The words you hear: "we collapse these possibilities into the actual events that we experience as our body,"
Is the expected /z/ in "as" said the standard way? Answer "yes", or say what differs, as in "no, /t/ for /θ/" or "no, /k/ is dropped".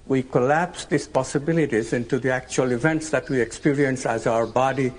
yes